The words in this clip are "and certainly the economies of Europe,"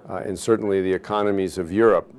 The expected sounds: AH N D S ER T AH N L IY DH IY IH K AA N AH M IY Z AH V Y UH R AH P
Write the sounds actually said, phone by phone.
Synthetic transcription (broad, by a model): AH N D S ER T N L IY DH IY IH K AA N AH M IY Z AH V Y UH R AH P